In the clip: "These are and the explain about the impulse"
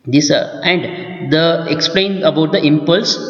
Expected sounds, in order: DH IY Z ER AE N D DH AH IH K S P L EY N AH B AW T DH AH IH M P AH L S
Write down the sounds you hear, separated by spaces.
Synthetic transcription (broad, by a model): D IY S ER AE N D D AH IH K S P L EY N AH B AW T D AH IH M P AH L S